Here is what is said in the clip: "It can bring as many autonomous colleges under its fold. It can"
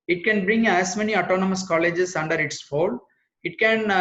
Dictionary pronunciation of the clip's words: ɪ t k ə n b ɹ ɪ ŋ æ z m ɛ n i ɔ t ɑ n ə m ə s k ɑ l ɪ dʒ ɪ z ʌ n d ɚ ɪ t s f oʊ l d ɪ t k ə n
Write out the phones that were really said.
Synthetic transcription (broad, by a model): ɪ t k ə n b ɹ ɪ ŋ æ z m ɛ n i ɔ t ɑ n ə m ə s k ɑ l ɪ dʒ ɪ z ʌ n d ɚ ɪ t s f oʊ l ɪ t k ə n